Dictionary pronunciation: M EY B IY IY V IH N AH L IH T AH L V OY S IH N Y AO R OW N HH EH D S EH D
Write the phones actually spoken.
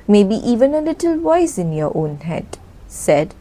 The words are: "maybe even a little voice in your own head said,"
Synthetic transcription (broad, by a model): M EY B IY IY V IH N AH L IH T AH L W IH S IH N Y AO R OW N HH EH D S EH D